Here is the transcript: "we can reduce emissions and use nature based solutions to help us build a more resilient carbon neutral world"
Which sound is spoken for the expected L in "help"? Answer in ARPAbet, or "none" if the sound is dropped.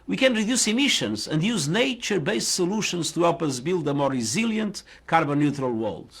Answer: none